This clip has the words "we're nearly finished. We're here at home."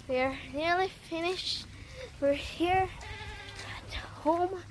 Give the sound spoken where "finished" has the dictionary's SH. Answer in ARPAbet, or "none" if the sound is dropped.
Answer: SH